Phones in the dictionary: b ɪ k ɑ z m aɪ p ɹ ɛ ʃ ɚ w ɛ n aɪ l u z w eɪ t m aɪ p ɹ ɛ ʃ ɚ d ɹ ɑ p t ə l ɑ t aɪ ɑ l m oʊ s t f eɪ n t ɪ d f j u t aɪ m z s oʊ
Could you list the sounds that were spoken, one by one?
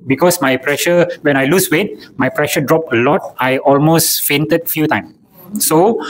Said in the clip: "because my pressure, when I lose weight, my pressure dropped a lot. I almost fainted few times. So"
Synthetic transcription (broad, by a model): b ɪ k ɑ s m aɪ p ɹ ɛ ʃ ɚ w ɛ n aɪ l u s w eɪ t m aɪ p ɹ ɛ ʃ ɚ d ɹ ɑ p ə l ɑ t aɪ ɑ l m oʊ s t f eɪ n t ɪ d f j u t aɪ m s oʊ